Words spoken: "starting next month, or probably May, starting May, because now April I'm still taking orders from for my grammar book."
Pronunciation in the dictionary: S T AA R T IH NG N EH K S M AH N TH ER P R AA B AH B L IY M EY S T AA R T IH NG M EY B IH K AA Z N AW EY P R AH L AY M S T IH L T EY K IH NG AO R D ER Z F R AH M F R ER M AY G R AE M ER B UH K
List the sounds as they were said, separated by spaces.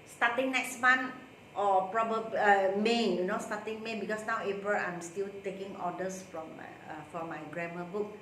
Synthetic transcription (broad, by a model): S T AA T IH NG N EH K S M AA N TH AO P R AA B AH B IY M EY S T AA T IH NG M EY B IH K AA S N AW EY P R AH L AY M S T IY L T EY K IH NG AO D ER S F R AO M F R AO M AY G R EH M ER B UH K